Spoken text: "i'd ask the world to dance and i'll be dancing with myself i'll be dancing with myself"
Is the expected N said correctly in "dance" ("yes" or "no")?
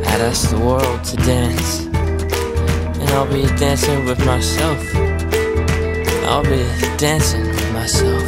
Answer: yes